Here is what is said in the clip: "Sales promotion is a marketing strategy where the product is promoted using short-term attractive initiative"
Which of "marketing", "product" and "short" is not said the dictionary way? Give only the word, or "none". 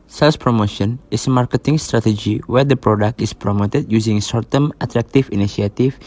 short